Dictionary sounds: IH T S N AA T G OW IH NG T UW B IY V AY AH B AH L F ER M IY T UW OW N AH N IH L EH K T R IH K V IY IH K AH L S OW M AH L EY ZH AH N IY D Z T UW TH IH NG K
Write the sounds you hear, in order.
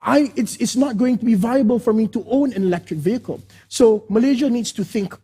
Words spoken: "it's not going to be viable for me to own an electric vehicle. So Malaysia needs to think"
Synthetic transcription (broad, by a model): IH T S N AA T G OW IH NG T UW B IY V AY AH B AH L F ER M IY T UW OW N AH N IH L EH K T R IH K V IY IH K AH L S OW M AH L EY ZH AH N IY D S T UW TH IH NG K